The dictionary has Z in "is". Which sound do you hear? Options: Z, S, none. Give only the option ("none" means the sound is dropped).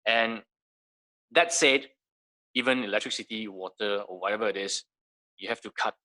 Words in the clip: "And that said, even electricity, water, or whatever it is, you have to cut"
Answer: S